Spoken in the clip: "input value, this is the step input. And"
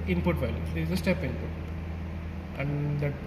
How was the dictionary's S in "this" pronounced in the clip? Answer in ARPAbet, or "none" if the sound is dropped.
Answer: none